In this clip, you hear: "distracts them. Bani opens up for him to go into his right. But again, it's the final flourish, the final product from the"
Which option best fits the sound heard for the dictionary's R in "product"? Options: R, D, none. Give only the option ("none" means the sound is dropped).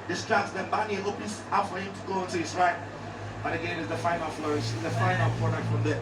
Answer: none